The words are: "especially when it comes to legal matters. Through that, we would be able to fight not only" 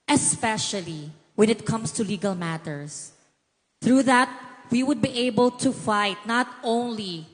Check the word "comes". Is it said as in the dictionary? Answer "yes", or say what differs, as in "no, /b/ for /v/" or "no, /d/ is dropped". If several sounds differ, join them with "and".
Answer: no, /s/ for /z/